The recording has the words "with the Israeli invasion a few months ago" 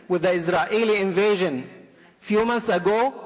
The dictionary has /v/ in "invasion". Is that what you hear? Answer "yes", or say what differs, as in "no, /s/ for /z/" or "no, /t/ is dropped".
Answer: yes